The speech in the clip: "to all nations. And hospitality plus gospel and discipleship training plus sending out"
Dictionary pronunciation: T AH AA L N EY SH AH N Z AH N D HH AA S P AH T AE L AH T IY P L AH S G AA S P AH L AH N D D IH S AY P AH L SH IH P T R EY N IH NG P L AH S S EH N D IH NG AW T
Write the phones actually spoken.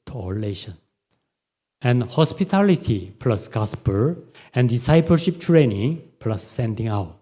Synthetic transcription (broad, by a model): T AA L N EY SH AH N S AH N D HH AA S P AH T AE L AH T IY P L AH S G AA S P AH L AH N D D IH S AY P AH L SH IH P T R EY N IH NG P L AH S S EH N D IH NG AW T